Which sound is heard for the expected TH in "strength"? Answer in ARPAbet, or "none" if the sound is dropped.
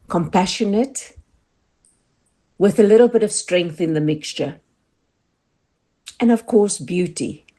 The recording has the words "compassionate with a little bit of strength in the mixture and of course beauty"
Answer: TH